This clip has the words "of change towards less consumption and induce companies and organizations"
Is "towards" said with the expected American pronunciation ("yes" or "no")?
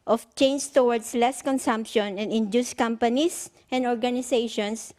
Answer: no